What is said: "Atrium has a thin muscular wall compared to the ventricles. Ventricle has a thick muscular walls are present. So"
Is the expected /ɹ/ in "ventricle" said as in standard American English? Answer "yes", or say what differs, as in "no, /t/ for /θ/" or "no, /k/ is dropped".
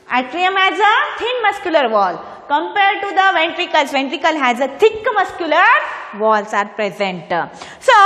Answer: yes